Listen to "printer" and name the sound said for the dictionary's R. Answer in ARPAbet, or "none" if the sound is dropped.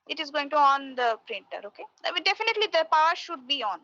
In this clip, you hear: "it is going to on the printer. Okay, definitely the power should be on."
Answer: R